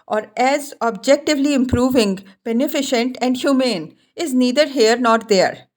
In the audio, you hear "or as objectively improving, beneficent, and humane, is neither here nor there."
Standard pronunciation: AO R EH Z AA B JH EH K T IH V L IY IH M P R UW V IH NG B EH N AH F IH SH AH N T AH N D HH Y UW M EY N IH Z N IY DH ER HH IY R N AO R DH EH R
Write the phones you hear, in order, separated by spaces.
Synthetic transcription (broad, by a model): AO R EH Z AA B JH EH K T IH V L IY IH M P R UW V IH NG B EH N AH F IH SH AH N T AH N D HH Y UW M EY N IH Z N IY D ER HH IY R N AO R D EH R